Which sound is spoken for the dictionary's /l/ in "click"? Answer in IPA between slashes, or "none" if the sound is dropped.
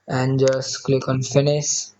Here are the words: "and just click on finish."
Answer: /l/